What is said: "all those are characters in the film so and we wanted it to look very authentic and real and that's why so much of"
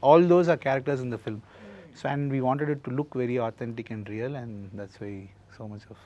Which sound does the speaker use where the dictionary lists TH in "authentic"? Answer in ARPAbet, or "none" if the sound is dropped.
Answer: T